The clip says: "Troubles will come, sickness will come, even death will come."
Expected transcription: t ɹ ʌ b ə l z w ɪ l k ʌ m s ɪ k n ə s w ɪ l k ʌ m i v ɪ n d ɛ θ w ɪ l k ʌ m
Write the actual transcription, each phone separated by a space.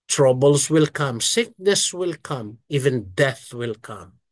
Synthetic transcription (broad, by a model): t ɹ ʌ b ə l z w ɪ l k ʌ m s ɪ k n ə s w ɪ l k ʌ m i v ɪ n d ɛ θ w ɪ l k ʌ m